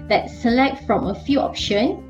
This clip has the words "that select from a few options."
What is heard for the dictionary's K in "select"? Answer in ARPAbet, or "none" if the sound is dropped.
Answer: K